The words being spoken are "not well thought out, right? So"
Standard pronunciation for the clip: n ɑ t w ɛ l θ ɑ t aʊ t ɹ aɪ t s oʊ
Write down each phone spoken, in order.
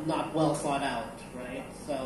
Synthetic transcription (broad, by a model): n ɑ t w ɛ l f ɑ t aʊ t ɹ aɪ t s oʊ